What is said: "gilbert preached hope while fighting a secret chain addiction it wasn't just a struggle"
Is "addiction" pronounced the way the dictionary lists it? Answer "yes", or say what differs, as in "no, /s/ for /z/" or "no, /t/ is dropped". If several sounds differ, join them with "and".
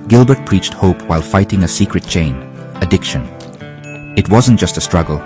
yes